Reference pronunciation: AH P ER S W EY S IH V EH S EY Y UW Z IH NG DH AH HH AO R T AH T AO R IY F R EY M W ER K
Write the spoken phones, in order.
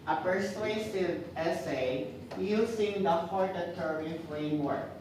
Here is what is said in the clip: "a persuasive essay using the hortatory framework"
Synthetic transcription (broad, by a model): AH P ER S W EY S IH V EH S EY Y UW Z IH NG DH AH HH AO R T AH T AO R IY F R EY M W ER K